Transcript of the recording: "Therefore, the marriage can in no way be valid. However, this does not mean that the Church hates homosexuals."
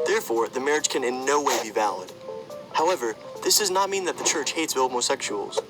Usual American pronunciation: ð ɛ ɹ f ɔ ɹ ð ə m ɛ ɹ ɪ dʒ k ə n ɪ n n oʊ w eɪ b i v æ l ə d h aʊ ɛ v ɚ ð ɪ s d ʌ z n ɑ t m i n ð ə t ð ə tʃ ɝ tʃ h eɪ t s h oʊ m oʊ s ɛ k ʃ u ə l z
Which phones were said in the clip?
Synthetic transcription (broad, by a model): ð ɛ ɹ f ɔ ɹ ð ə m ɛ ɹ ɪ dʒ k ə n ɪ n n oʊ w eɪ b i v æ l ə d h aʊ ɛ v ɚ ð ɪ s d ʌ z n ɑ t m i n ð ə t ð ə tʃ ɝ tʃ h eɪ t s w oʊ m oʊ s ɛ k ʃ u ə l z